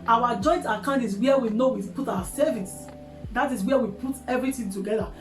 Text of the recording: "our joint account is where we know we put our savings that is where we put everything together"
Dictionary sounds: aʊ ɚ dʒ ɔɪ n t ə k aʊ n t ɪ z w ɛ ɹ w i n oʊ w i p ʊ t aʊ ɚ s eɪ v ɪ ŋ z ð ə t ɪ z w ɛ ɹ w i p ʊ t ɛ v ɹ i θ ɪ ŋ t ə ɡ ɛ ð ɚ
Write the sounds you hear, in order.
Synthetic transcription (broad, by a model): aʊ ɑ dʒ ɔɪ n t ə k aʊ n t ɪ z w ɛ w i n oʊ w i p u t aʊ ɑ s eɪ v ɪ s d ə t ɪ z w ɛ w i p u t ɛ v ɹ i t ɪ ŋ t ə ɡ ɛ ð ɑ